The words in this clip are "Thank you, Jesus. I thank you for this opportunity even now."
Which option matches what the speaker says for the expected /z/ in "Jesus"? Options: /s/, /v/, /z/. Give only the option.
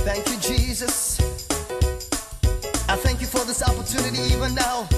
/z/